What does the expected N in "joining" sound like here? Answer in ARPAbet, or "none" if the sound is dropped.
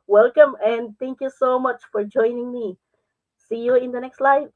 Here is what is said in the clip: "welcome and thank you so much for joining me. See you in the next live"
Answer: N